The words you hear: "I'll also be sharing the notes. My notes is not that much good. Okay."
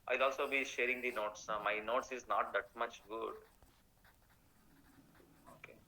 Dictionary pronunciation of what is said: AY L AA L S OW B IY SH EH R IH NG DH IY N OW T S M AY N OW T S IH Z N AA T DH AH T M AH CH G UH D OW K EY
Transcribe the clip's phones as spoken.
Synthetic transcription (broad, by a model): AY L AA L S OW B IY SH EH R IH NG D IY N OW T S M AY N OW T S IH Z N AA T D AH T M AH CH G UH D OW K EY